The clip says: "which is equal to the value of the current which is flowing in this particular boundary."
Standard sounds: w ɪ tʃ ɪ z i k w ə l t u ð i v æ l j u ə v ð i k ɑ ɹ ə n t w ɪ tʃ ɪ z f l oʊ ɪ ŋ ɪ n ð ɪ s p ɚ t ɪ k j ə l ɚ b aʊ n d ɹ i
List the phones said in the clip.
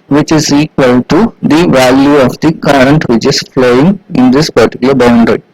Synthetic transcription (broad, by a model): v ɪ tʃ ɪ z i k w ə l t u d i v æ l j u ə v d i k ɑ ɹ ə n t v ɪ tʃ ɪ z f l oʊ ɪ ŋ ɪ n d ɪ s p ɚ t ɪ k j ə l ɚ b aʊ n d ɹ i